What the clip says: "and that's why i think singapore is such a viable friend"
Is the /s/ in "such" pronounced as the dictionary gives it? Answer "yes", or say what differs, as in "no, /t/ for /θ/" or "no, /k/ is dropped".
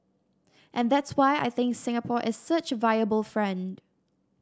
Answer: yes